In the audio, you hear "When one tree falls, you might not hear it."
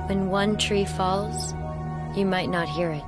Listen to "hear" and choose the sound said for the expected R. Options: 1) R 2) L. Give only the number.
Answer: 1